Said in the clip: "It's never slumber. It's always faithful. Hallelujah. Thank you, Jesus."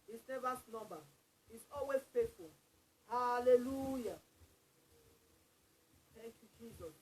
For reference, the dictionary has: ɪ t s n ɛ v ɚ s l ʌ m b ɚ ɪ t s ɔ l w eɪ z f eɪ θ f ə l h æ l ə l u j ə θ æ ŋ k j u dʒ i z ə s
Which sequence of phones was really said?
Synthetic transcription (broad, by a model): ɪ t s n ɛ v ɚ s n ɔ m b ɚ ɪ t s ɔ l w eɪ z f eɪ t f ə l h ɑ l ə l u j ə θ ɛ ŋ k j u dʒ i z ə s